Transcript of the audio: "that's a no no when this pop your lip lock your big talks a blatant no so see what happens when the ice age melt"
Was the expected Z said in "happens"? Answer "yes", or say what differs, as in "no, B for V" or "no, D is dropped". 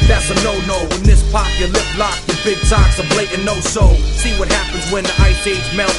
yes